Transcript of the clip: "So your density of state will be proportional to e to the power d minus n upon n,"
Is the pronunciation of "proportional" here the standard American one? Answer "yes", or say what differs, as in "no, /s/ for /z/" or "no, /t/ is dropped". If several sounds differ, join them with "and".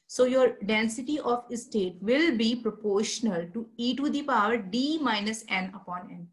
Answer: yes